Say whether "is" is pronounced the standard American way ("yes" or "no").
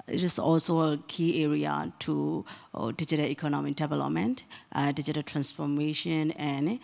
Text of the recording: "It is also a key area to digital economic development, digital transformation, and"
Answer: no